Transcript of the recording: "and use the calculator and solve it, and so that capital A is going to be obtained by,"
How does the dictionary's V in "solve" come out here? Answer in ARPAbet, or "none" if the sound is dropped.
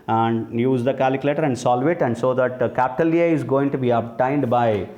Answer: V